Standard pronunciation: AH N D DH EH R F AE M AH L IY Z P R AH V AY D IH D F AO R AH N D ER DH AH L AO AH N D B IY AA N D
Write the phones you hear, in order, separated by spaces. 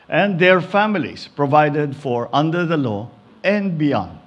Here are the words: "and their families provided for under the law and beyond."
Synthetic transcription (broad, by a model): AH N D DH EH R F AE M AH L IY S P R AH V AY D IH D F AO R AH N D ER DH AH L AO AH N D B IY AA N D